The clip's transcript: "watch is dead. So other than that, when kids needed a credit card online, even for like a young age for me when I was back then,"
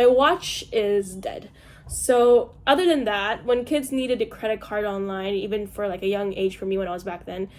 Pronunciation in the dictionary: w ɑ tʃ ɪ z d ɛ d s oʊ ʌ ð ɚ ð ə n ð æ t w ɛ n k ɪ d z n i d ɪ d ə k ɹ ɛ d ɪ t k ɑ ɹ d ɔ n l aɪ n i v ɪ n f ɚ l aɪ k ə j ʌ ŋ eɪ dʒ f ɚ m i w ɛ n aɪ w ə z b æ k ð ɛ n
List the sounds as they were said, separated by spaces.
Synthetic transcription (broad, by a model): w ɑ tʃ ɪ z d ɛ d s oʊ ʌ ð ɚ ð ə n ð æ t w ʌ n k ɪ d z n i d ɪ d ə k ɹ ɛ d ɪ t k ɑ ɹ d ɔ n l aɪ n i v ɪ n f ɚ l aɪ k ə j ʌ ŋ eɪ dʒ f ɚ m i w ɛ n aɪ w ə z b æ k ð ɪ n